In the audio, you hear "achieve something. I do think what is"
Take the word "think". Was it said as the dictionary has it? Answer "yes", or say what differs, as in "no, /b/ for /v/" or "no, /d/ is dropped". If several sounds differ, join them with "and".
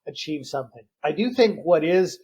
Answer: yes